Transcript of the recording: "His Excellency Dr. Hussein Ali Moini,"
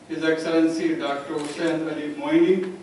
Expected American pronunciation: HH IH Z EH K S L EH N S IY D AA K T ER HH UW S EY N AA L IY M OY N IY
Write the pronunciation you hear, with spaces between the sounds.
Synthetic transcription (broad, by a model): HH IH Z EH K S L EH N S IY D AA K T ER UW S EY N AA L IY M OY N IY